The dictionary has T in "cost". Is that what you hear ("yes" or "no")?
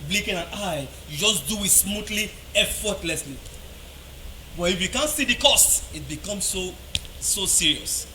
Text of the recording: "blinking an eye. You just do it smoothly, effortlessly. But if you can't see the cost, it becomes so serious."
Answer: yes